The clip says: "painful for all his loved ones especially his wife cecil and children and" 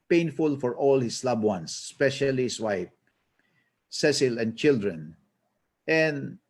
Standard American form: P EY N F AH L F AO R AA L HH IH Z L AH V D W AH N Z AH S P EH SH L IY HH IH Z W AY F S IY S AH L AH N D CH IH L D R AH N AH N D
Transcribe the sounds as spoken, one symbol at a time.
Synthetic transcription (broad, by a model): P EY N F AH L F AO R AA L HH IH S L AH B W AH N S P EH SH IY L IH S W AY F S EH S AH L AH N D CH IH L D R AH N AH N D